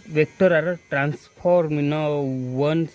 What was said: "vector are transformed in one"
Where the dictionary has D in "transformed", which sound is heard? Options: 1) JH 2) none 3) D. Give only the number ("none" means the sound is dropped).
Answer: 2